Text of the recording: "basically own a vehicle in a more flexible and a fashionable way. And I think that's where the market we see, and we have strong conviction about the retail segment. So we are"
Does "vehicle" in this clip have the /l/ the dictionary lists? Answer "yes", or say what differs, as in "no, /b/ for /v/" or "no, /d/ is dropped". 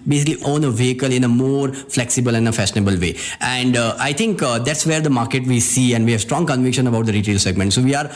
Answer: yes